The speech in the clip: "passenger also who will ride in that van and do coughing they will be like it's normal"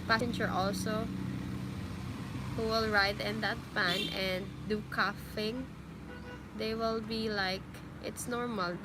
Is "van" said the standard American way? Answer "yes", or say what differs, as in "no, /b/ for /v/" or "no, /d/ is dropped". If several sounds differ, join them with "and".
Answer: no, /f/ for /v/